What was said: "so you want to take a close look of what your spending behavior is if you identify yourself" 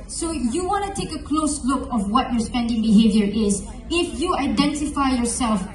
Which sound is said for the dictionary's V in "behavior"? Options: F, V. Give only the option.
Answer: V